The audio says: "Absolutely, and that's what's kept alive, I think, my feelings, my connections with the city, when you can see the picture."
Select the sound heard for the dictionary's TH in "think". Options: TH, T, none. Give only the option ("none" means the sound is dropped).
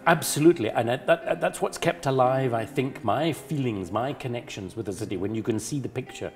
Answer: TH